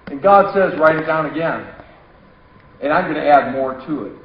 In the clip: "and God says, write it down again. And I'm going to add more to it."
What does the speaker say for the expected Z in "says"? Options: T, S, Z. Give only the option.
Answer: Z